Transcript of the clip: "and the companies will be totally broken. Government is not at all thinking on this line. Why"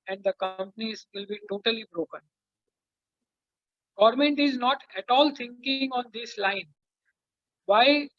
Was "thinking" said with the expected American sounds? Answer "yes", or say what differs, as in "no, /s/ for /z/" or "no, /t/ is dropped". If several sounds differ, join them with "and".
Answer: no, /t/ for /θ/